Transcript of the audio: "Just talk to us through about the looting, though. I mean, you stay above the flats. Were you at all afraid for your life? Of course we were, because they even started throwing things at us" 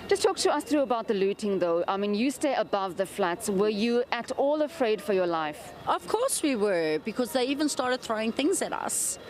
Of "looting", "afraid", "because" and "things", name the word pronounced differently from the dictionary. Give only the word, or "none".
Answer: none